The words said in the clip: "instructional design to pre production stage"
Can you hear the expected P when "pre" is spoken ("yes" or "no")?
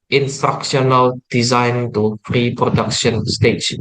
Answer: no